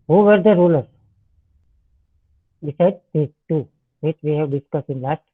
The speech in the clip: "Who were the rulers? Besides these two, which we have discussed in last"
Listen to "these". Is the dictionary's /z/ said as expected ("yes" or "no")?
no